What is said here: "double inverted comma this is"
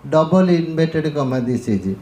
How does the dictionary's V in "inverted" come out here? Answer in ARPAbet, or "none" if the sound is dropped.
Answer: B